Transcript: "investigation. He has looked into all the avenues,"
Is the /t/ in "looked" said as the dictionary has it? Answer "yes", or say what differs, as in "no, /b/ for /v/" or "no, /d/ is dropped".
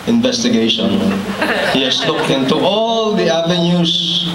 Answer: no, /t/ is dropped